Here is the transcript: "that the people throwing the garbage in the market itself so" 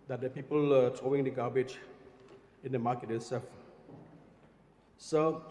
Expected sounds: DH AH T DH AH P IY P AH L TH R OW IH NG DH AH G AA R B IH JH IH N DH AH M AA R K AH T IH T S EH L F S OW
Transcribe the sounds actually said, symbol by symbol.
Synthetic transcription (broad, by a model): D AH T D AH P IY P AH L T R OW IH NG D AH G AA B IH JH IH N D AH M AA K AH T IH S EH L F S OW